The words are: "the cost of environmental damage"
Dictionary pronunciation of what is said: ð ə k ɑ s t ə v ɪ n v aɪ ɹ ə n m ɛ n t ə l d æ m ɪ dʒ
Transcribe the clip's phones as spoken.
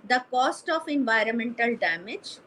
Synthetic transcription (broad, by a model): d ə k ɑ s t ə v ɪ n v aɪ ɹ ə n m ɛ n t ə l d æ m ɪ dʒ